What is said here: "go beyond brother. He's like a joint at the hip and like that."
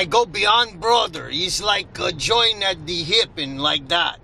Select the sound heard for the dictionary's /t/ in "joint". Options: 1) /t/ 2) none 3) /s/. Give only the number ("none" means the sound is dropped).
2